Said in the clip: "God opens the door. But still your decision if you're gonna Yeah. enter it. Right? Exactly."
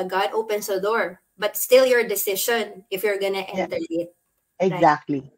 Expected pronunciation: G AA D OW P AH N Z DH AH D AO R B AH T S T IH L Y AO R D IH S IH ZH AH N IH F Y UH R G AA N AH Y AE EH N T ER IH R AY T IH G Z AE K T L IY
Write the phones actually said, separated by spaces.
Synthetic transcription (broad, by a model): G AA D OW P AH N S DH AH D AO R B AH T S T IH L Y AO R D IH S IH SH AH N IH F Y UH R G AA N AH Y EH N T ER IH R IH T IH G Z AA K T L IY